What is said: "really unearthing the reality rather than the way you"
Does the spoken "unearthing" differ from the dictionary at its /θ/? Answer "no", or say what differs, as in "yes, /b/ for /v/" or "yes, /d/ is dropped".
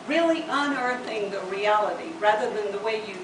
no